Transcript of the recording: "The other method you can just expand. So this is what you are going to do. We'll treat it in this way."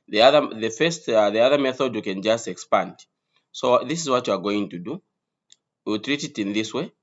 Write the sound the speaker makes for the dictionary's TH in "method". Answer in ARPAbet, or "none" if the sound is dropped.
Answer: TH